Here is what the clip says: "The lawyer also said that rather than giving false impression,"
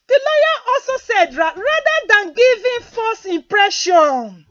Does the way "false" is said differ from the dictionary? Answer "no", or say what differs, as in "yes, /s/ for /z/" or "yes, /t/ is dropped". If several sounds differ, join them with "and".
yes, /l/ is dropped